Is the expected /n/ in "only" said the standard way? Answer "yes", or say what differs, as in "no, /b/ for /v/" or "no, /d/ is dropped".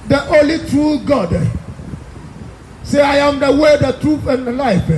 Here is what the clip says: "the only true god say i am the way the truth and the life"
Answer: no, /n/ is dropped